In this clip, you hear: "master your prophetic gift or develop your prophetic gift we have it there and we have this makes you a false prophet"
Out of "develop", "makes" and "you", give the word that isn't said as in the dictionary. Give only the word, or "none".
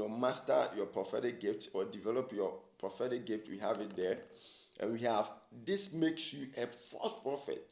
none